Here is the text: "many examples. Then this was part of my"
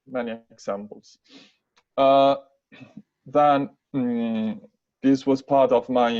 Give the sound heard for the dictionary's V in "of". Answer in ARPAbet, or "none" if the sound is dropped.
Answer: V